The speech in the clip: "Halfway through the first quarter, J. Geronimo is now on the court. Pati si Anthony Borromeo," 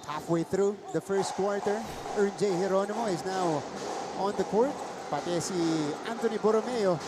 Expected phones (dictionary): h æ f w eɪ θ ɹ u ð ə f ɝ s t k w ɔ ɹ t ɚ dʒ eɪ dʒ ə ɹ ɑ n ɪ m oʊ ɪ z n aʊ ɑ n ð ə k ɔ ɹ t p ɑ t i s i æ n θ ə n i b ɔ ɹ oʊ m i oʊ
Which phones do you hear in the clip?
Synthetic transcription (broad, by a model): h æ f w eɪ θ ɹ u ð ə f ɝ s t k w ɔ ɹ t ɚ dʒ eɪ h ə ɹ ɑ n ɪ m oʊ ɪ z n aʊ ɑ n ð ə k ɔ ɹ t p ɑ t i s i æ n t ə n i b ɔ ɹ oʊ m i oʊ